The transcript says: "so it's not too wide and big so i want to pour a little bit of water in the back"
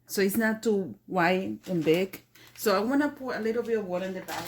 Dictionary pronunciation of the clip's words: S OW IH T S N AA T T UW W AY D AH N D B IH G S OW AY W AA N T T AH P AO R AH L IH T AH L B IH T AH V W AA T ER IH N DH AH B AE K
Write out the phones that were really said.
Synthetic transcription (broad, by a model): S OW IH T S N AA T T UW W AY AH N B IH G S OW AY W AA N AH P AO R AH L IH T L B IH T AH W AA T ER IH N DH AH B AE